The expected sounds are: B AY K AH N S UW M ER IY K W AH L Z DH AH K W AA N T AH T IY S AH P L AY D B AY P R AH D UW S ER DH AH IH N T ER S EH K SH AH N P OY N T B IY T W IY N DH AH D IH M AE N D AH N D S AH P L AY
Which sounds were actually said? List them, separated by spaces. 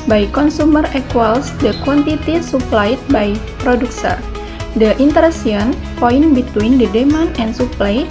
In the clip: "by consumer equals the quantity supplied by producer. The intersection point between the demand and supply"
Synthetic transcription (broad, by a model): B AY K AH N S UW M ER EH K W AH L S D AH K W AA N T AH T IY S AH P L AY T B AY P R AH D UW S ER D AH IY N T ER EH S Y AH N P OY N B IY T W IY N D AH D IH M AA N AH N S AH P L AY